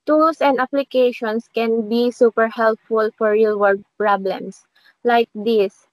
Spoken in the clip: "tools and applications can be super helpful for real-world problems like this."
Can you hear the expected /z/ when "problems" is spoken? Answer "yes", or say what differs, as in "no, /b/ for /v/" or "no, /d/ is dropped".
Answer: no, /s/ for /z/